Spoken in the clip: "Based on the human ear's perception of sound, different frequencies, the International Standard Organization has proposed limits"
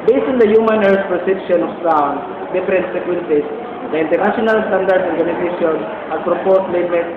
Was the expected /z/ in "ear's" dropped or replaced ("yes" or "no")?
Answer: yes